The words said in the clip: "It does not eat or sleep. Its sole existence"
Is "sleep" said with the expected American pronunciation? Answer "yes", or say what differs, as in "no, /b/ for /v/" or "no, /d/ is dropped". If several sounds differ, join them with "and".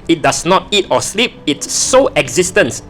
yes